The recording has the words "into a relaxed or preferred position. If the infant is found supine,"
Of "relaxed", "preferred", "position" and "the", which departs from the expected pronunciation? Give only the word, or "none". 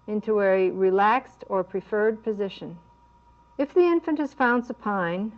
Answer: none